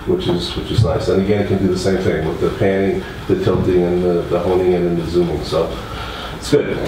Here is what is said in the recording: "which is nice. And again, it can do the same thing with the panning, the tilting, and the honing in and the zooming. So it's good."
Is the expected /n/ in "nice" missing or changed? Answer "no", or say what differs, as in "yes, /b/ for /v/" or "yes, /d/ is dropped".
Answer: yes, /l/ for /n/